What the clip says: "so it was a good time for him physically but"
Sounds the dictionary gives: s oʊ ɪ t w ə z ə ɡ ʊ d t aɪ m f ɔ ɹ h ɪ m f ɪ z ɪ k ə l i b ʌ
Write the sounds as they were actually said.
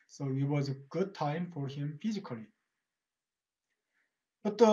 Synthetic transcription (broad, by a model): s oʊ ɪ t w ə z ə ɡ ʊ d t aɪ m f ɔ ɹ h ɪ m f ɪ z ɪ k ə l i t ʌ